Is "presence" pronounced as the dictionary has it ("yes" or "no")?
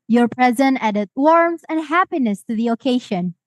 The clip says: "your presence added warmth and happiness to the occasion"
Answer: no